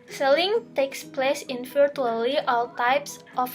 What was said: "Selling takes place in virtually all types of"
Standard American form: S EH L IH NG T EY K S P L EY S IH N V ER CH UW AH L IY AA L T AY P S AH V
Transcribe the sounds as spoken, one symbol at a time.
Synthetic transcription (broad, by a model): S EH L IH NG T EY K S P L EY S IH N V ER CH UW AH L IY AA L T AY P S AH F